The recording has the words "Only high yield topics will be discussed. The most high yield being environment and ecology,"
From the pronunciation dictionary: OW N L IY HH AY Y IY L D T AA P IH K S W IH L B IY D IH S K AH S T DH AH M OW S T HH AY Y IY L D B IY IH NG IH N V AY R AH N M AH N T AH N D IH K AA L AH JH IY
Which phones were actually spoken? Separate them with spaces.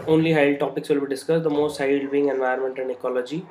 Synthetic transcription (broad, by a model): OW N L IY HH AY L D T AA P IH K S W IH L B IY D IH S K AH S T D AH M OW S T HH AY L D B IY IH NG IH N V AY AH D M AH N T AH N D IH K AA L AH JH IY